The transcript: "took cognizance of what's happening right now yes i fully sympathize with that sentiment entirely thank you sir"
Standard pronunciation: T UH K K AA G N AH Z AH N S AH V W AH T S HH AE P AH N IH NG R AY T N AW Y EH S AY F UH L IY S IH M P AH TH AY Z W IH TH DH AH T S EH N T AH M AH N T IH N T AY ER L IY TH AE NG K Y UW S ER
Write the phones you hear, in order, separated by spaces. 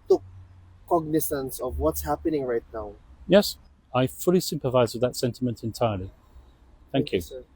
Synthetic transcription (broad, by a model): T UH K K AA G N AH S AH N S AH V W AH T S HH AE P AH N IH NG R AY T N AW Y EH S AY F UH L IY S IH M P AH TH AY Z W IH DH AH T S EH N T AH M AH N T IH N T AY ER L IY TH AE NG K Y UW